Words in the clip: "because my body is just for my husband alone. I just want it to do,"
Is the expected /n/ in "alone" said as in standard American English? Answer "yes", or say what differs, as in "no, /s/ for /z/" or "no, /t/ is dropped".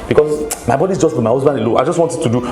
no, /n/ is dropped